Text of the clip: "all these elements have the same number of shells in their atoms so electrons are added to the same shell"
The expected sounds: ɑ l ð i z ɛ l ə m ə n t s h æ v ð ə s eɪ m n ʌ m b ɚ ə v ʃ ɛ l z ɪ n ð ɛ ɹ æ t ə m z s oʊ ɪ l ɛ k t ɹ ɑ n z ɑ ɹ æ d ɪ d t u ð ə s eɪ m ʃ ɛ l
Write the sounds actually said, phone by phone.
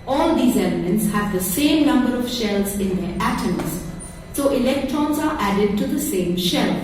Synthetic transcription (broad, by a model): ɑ l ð i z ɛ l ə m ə n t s h æ v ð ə s eɪ m n ʌ m b ɚ ə v ʃ ɛ l z ɪ n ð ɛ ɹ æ t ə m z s oʊ ɪ l ɛ k t ɹ ɑ n z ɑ ɹ æ d ɪ d t u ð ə s eɪ m ʃ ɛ l